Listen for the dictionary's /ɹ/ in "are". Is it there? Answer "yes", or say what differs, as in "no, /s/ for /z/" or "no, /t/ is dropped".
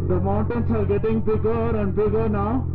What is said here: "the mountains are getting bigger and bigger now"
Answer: no, /l/ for /ɹ/